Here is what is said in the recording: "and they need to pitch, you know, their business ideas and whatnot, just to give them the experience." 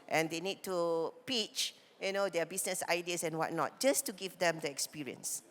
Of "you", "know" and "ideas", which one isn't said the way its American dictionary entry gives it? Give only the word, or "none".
ideas